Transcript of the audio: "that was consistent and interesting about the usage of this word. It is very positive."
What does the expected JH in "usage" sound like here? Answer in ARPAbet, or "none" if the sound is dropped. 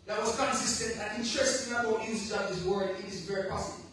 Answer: none